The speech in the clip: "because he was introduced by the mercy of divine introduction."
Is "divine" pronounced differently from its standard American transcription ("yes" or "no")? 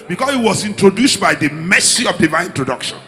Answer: yes